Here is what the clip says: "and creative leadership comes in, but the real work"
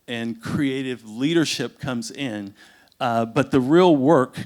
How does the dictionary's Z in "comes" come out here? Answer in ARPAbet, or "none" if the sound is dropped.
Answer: Z